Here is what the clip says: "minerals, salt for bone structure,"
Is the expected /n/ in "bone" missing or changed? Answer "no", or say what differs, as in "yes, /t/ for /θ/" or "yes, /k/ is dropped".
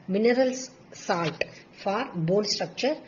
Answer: yes, /l/ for /n/